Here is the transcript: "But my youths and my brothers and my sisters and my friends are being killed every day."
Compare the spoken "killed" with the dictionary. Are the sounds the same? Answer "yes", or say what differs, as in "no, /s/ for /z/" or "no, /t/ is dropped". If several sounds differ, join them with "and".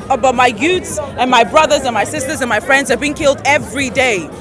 yes